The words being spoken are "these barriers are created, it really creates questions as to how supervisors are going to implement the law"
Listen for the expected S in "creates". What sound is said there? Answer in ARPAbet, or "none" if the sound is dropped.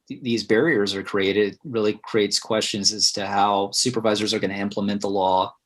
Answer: S